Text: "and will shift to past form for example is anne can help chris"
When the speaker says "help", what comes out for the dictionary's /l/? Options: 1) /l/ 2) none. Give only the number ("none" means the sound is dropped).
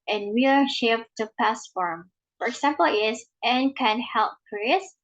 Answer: 1